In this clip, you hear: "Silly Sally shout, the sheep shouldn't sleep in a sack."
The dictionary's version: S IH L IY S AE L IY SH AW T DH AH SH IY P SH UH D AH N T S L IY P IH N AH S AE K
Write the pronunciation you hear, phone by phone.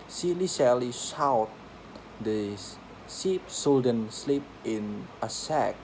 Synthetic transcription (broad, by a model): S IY L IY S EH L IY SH AW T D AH S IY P S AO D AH N S L IY P IH N AH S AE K